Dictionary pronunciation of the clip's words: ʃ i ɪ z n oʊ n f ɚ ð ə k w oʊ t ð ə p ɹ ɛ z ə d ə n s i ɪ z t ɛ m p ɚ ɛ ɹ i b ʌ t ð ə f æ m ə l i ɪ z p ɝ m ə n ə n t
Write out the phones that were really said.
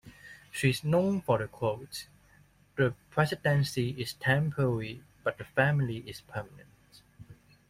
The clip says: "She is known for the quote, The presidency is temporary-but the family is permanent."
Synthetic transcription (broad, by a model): ʃ i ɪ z n oʊ n f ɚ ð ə k w oʊ t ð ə p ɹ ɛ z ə d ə n s i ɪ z t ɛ m p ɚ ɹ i b ʌ t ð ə f æ m ə l i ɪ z p ɝ m ə n ə n t